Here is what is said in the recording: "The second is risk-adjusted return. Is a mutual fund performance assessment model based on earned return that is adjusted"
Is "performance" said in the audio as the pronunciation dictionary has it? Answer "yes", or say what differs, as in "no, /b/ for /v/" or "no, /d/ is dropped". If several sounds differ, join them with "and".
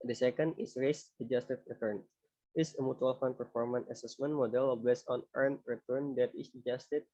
no, /s/ is dropped